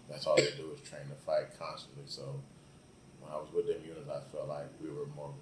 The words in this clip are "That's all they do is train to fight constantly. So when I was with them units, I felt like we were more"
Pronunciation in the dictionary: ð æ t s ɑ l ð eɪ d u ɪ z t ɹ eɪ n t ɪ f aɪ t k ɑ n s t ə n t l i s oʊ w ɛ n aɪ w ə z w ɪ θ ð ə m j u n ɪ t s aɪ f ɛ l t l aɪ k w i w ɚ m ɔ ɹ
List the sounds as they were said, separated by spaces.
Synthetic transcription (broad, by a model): ð æ t s ɑ l ð eɪ d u ɪ z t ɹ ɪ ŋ t ɪ f aɪ t k ɑ n s t ə n t l i s oʊ w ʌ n aɪ w ə z w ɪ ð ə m j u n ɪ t aɪ f ɛ l t l aɪ k w i w ɚ m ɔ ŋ